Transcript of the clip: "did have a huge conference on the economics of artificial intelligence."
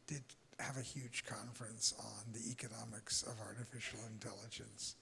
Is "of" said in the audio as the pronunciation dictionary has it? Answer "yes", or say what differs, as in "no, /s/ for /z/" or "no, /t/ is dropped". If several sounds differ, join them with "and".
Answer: yes